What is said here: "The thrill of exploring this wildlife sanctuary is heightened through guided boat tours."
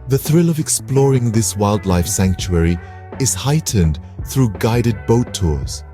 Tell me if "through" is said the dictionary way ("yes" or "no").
yes